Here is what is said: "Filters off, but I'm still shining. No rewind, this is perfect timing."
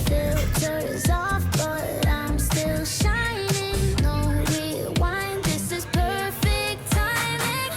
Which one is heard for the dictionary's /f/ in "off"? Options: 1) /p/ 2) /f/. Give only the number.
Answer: 2